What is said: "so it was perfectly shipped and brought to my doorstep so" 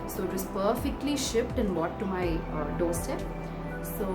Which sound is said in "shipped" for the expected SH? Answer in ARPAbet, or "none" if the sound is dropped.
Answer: SH